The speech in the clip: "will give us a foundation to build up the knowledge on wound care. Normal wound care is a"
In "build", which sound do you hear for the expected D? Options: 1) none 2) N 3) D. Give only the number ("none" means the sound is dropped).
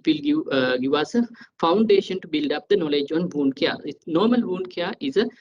3